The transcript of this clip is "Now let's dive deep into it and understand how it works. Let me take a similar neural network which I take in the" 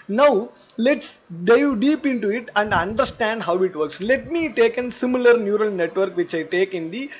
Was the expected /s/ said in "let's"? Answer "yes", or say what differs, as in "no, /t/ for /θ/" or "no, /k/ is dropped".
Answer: yes